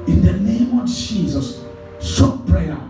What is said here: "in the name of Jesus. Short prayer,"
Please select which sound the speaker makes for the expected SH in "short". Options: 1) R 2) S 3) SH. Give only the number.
2